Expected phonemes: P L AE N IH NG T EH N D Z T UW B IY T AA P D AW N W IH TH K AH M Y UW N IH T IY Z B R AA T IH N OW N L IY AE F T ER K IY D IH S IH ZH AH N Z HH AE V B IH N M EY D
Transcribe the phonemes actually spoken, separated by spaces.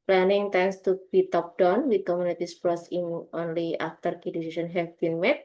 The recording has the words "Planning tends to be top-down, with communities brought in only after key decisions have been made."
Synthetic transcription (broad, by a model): P L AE N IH NG T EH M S T UW B IY T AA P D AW N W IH K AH M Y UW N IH T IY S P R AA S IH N OW N L IY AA F T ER K IY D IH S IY S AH N HH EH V B IH N M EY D